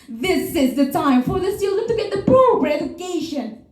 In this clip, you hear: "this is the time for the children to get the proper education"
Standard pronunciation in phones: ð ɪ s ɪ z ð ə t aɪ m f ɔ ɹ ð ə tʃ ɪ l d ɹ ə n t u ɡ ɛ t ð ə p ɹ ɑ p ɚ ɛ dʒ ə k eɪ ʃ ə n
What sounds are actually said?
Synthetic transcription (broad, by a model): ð ɪ s ɪ z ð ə t aɪ m f ɔ ɹ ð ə s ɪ l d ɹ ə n t u ɡ ɛ t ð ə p ɹ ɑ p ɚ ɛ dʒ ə k eɪ ʃ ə n